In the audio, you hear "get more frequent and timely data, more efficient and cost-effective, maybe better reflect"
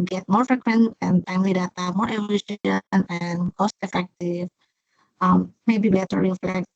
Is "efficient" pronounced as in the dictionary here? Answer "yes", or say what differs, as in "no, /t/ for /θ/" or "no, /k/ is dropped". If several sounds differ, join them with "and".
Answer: no, /t/ is dropped